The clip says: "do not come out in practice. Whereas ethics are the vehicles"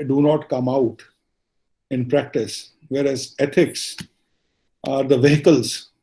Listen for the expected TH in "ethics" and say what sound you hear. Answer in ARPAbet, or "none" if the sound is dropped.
T